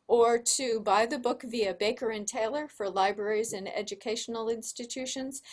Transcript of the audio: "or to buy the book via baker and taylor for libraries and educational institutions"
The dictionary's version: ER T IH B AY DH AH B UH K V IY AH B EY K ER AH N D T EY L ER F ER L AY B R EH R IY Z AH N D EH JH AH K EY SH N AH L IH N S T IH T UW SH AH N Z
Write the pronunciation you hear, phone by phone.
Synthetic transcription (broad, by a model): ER T IH B AY DH AH B UH K V IY AH B EY K ER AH N T EY L ER F ER L AY B R EH R IY Z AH N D EH JH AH K EY SH N L IH N S T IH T UW SH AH N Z